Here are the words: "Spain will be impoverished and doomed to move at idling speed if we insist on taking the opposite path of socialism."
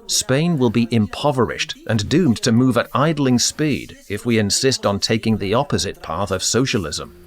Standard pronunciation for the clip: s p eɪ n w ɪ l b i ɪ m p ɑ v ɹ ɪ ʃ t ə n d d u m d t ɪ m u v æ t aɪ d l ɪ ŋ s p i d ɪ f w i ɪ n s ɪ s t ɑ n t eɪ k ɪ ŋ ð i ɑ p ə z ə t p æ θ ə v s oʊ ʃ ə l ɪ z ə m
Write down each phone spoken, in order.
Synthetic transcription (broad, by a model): s p eɪ n w ɪ l b i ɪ m p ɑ v ɹ ɪ ʃ t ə n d d u m t ɪ m u v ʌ t aɪ d l ɪ ŋ s p i d ɪ f w i ɪ n s ɪ s t n t eɪ k ɪ ŋ ð i ɑ p ə z ə t p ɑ θ ə v s oʊ ʃ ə l ɪ z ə m